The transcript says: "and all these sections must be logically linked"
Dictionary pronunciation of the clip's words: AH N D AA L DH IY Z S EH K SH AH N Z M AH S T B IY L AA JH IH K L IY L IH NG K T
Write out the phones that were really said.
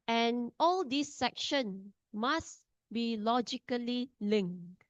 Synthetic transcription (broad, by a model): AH N AA L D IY S EH K SH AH N M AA S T B IY L AA JH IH K L IY L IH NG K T